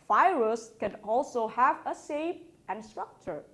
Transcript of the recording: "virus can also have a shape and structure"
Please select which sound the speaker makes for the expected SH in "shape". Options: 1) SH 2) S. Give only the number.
2